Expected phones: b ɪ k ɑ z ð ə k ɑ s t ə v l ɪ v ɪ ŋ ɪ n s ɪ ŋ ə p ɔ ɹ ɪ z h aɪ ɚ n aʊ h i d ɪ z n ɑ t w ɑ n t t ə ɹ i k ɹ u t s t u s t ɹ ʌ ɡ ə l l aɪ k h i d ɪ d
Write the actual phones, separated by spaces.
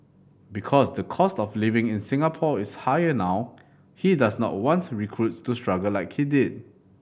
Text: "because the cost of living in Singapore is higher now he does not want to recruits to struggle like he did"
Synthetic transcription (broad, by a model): b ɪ k ɑ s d ə k ɑ s t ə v l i v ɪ ŋ ɪ n s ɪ ŋ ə p ɔ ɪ s h aɪ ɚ n aʊ h i d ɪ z n ɑ t w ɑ n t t ɹ i k ɹ u t s t u s t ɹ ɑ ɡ ə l l aɪ k h i d ɪ d